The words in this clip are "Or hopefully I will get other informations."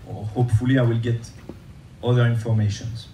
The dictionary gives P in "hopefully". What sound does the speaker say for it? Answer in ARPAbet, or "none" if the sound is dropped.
P